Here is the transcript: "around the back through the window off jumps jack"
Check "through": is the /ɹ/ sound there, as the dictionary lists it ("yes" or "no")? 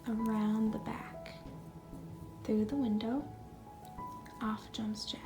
yes